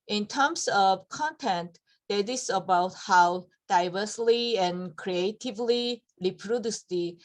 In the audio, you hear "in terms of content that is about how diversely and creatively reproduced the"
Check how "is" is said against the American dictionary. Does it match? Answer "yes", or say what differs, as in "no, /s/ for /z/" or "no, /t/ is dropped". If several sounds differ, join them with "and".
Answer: no, /s/ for /z/